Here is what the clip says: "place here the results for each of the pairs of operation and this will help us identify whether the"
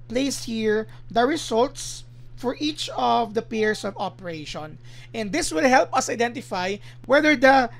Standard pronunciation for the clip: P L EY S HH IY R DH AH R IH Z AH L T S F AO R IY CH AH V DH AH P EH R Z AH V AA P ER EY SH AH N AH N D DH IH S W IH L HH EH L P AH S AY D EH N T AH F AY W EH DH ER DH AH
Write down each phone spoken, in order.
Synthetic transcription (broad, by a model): P L EY S HH IY R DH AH R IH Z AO L T S F AO R IY CH AH V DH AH P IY R S AH V AA P ER EY SH AH N AH N D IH S W IH L HH EH L P AH S AY D EH N T AH F AY W EH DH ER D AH